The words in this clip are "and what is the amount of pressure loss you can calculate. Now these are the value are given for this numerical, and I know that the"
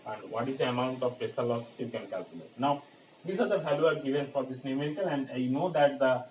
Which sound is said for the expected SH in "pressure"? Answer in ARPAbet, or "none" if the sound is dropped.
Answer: S